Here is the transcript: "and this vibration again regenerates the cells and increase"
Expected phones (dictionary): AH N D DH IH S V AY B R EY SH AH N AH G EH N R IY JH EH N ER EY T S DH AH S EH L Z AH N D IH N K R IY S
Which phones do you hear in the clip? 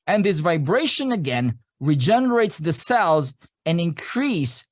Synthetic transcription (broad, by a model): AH N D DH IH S V AY B R EY SH AH N AH G EH N R IY JH EH N ER EY T S DH AH S EH L Z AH N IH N K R IY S